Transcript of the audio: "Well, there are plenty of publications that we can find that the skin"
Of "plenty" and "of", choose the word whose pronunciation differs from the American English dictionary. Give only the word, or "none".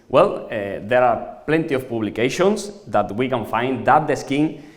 of